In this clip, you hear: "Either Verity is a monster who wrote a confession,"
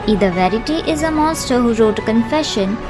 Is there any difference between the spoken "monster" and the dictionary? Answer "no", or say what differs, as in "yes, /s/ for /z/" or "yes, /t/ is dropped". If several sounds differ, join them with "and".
yes, /n/ is dropped